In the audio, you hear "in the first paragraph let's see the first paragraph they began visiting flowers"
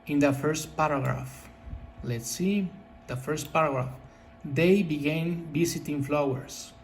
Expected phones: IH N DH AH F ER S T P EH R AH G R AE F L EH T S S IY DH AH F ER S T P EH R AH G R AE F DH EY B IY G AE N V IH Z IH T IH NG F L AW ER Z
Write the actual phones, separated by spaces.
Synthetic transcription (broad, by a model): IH N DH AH F ER S T P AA R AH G R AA F L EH T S S IY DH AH F ER S T P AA R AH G R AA F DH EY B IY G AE N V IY S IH T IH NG F L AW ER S